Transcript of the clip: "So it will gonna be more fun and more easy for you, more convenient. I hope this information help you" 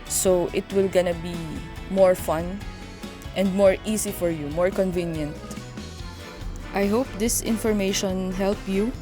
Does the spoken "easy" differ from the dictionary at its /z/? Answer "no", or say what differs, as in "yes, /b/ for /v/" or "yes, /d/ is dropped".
yes, /s/ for /z/